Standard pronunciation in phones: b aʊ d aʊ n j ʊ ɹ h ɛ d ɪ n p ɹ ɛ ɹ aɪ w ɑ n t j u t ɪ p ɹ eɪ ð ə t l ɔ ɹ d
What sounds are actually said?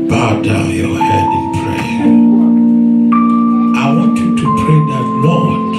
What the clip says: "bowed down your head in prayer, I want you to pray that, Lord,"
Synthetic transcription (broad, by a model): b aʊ d aʊ n j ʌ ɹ h ɛ d ɪ n p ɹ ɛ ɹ aɪ w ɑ n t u t ɪ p eɪ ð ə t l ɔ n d